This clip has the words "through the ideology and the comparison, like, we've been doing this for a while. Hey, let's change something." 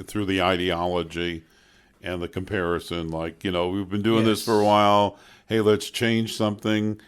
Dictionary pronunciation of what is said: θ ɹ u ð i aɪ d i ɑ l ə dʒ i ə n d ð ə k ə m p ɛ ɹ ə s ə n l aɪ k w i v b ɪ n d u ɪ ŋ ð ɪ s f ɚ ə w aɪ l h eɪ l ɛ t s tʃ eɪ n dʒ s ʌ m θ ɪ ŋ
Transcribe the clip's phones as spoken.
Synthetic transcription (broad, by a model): θ ɹ u ð i aɪ d i ɑ l ə dʒ i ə n ð ə k ə m p ɛ ɹ ə s ə n l aɪ k w i v b ɪ n d u ɪ ŋ ð ɪ s f ɚ ə w aɪ l h eɪ l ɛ t s tʃ eɪ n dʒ s ʌ m θ ɪ ŋ